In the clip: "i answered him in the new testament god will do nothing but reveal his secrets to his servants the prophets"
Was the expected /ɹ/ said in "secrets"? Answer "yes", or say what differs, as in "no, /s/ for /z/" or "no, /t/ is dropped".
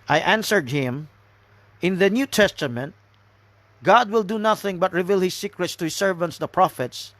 yes